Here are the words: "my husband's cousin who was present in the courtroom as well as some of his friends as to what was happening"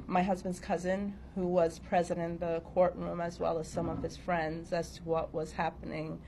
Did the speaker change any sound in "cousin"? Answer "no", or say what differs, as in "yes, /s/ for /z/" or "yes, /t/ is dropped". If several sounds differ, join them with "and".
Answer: no